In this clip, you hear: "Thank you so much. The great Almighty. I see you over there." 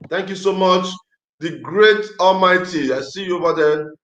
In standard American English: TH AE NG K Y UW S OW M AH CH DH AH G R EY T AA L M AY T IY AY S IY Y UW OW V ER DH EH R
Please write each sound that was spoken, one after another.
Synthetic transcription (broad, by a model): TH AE NG K Y UW S OW M AH CH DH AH G R EY T AA L M AY T IY AY S IY Y UW OW V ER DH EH